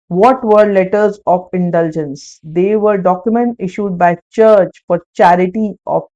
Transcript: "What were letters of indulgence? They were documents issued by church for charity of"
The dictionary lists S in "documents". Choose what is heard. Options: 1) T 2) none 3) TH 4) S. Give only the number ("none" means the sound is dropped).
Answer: 2